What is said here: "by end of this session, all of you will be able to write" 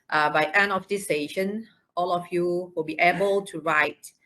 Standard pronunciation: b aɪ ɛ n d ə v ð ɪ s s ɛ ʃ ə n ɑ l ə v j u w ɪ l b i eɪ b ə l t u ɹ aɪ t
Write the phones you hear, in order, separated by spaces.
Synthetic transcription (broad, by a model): b aɪ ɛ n ə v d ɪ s s ɛ ʃ ə n ɑ l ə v j u w ɪ l b i eɪ b ə l t u ɹ aɪ t